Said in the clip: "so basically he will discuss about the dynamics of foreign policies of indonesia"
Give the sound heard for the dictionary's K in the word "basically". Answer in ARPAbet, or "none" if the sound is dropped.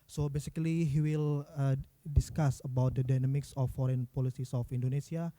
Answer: K